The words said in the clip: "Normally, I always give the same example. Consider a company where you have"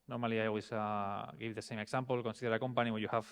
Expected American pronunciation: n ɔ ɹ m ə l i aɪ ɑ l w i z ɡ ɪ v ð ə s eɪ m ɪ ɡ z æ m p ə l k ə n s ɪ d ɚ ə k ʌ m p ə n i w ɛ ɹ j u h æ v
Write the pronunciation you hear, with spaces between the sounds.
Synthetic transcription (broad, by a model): n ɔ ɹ m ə l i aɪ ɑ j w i s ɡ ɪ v ð ə s eɪ m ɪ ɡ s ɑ m p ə l k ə n s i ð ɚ ə k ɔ m p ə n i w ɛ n j u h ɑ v